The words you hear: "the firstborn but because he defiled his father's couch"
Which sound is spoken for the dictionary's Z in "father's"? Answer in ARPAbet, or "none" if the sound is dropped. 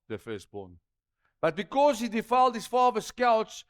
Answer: S